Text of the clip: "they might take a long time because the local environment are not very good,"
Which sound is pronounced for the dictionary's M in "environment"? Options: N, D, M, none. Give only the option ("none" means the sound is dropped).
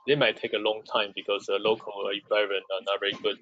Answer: none